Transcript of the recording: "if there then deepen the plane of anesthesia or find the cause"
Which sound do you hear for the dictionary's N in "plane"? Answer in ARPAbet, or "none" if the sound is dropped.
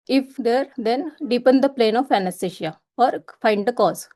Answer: N